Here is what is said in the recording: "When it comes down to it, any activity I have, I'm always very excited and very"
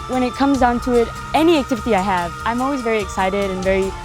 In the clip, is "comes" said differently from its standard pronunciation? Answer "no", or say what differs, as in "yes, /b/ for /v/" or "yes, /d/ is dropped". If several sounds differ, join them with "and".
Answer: no